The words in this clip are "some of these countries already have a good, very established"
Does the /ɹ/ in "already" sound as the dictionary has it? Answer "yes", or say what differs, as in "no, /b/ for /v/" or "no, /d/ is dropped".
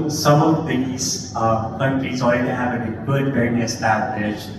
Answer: no, /ɹ/ is dropped